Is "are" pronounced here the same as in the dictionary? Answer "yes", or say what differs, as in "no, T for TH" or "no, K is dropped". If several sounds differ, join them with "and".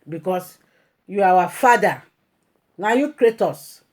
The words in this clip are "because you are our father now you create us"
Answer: no, W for R